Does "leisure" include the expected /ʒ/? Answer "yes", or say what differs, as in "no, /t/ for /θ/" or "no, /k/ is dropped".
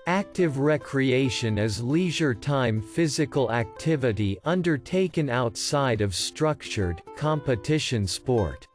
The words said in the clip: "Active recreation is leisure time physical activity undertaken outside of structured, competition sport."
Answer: yes